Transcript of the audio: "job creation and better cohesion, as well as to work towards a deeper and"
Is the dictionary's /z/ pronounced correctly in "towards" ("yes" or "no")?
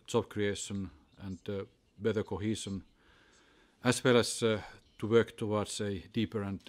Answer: no